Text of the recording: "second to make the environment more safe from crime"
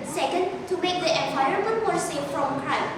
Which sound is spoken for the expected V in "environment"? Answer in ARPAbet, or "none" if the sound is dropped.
none